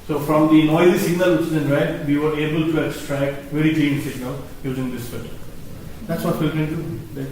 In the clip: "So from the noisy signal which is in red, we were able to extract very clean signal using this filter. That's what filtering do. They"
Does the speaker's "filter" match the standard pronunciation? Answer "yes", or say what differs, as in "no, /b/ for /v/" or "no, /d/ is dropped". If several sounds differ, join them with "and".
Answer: no, /l/ is dropped